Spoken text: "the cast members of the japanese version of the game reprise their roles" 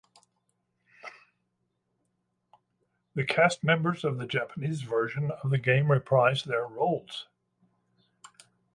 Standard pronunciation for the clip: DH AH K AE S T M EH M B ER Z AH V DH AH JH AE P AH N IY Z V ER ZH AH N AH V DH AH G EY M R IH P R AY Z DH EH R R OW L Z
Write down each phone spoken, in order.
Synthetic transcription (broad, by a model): DH AH K AE S T M EH M B ER Z AH V DH AH JH AE P AH N IY Z V ER ZH AH N AH V DH AH G EY M R IH P R AY Z DH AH R R OW L Z